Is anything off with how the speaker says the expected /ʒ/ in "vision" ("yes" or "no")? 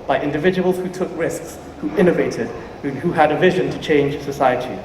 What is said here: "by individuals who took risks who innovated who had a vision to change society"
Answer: no